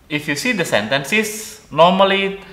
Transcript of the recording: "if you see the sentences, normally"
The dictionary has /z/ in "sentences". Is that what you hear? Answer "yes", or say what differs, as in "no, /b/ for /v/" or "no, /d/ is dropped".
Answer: no, /s/ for /z/